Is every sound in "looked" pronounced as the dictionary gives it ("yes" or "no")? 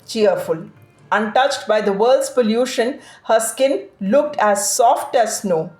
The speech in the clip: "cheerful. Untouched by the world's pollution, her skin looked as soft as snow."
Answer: yes